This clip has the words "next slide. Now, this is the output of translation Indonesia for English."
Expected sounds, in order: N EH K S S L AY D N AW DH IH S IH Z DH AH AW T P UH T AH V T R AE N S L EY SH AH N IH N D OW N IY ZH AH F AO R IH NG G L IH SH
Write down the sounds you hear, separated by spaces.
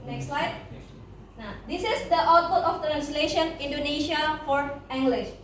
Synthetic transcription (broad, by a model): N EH K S S L AY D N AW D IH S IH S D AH T AO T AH F T R AE N S L EY SH AH N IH N D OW N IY SH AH F AO R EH NG G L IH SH